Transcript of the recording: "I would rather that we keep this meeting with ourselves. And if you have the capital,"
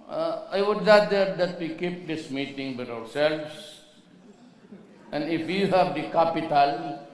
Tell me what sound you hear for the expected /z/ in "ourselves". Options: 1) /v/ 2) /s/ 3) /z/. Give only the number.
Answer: 2